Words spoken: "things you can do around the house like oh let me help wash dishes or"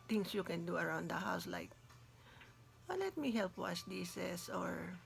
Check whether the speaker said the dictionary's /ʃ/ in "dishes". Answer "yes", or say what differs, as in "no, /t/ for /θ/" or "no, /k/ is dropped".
no, /s/ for /ʃ/